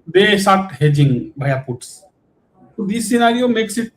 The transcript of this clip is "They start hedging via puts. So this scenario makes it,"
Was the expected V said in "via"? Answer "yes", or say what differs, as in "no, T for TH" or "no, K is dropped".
no, B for V